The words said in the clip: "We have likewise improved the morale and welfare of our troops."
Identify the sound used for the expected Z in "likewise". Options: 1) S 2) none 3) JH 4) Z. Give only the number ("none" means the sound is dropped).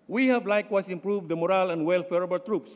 1